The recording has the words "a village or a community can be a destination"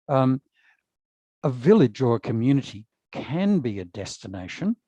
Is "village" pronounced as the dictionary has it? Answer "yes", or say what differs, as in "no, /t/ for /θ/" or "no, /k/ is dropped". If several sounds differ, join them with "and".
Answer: yes